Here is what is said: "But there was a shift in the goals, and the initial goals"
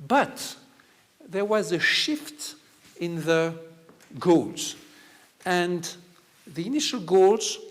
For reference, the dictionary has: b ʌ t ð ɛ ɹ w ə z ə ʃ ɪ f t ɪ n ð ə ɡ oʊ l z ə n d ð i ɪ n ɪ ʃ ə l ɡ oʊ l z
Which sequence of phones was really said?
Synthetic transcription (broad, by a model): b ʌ t ð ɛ ɹ w ə z ə ʃ ɪ f t ɪ n ð ə ɡ oʊ l z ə n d ð i ɪ n ɪ ʃ ə l ɡ oʊ l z